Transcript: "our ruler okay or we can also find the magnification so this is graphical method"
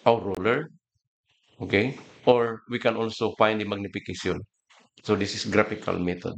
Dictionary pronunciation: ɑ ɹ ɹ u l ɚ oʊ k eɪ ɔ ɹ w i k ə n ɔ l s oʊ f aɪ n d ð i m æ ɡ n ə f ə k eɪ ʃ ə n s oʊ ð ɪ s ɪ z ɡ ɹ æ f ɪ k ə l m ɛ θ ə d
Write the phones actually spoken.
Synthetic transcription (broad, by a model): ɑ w ɹ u l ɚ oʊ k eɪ ɔ ɹ w i k ə n ɔ l s oʊ f aɪ n d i m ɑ ɡ n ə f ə k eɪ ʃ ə n s oʊ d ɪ s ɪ s ɡ ɹ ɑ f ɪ k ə l m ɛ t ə d